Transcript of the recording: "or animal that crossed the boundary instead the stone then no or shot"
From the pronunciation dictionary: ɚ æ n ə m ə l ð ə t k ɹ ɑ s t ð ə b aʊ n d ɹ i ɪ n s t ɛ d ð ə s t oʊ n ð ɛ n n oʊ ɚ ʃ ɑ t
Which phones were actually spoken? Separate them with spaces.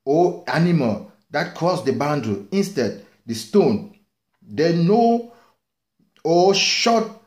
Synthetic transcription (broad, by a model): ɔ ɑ n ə m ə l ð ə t k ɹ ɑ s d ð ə b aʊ n d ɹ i ɪ n s t ɛ d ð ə s t oʊ n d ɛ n n oʊ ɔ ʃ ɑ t